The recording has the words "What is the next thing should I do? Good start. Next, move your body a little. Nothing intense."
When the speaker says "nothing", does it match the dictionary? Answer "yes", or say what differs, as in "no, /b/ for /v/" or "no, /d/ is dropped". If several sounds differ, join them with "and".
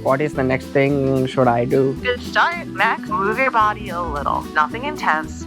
yes